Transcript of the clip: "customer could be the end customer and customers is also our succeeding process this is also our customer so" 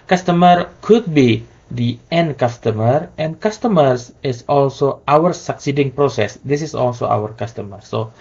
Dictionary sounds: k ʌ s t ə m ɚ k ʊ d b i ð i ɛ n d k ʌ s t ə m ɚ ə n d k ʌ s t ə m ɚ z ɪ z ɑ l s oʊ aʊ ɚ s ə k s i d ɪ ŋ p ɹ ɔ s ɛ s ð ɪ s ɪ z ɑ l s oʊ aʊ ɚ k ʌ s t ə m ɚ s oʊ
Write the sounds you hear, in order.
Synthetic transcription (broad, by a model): k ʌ s t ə m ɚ k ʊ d b i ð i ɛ n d k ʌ s t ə m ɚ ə n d k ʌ s t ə m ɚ s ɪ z ɑ l s oʊ aʊ ɚ s ə k s i d ɪ ŋ p ɹ ɔ s ɛ s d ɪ s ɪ s ɑ l s oʊ aʊ ɚ k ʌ s t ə m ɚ s oʊ